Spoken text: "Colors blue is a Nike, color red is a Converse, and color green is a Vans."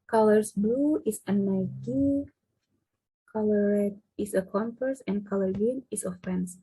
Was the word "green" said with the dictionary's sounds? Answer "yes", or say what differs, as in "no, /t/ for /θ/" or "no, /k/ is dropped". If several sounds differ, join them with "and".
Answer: no, /ɹ/ is dropped